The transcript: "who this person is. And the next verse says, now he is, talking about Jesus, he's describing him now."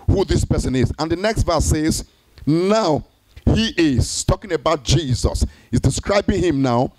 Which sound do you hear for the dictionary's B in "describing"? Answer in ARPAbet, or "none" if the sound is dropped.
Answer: B